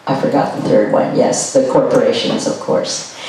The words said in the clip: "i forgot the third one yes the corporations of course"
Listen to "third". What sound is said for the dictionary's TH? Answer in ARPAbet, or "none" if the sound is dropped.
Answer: TH